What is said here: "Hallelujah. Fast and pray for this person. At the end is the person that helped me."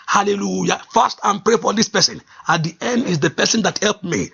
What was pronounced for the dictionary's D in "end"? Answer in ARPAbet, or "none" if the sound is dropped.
D